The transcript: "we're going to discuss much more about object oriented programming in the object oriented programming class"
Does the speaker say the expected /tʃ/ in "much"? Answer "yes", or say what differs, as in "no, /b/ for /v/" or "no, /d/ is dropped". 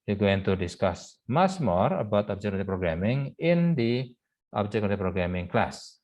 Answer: no, /s/ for /tʃ/